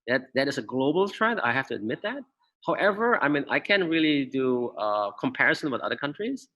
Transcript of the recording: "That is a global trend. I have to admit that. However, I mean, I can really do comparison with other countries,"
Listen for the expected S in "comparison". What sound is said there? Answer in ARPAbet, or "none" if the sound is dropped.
S